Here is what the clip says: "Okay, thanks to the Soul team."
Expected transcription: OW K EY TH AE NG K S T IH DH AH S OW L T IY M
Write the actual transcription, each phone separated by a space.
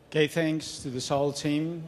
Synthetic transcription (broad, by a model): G EY TH AE NG K S T IH DH AH S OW L T IY M